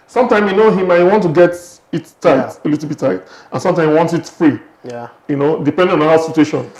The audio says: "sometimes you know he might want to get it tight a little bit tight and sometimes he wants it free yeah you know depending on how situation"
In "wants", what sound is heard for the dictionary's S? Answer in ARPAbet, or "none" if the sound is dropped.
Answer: none